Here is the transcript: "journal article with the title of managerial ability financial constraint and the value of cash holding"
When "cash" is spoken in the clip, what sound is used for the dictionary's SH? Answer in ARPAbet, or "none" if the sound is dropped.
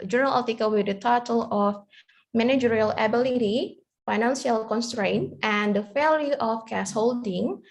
S